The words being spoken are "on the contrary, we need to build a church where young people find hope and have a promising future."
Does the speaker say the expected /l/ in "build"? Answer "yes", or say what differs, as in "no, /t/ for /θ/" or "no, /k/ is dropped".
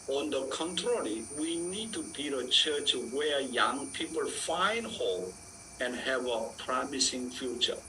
no, /l/ is dropped